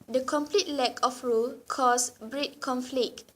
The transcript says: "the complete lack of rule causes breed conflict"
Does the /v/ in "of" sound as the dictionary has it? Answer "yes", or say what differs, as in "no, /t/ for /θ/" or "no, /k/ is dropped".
no, /f/ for /v/